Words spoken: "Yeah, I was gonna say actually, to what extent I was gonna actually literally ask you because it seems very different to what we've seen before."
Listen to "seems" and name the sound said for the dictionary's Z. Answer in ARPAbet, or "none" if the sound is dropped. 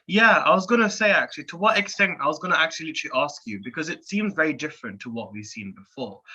Z